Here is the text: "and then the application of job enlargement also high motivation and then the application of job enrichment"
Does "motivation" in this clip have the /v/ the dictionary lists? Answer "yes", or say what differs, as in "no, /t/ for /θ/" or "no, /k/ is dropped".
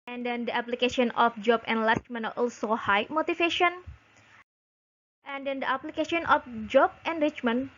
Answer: no, /f/ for /v/